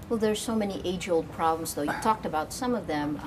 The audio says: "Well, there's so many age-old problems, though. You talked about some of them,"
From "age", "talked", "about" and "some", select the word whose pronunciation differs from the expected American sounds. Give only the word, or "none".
none